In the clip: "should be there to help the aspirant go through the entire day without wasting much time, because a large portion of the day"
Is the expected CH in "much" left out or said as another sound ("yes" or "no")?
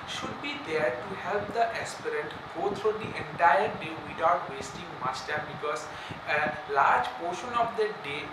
yes